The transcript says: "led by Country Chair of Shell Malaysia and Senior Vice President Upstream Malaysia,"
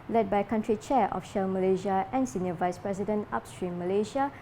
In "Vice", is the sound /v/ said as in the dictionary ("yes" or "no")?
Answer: yes